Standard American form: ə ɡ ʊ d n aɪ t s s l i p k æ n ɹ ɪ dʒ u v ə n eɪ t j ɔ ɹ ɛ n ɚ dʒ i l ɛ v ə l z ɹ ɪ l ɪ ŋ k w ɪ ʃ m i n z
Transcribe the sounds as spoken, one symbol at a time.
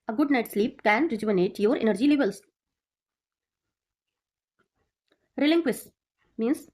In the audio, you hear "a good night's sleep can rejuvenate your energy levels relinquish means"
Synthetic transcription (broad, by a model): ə ɡ ʊ d n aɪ t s s l i p k æ n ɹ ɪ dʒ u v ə n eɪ t j ɔ ɹ ɛ n ɚ dʒ i l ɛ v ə l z ɹ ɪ l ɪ ŋ k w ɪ s m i n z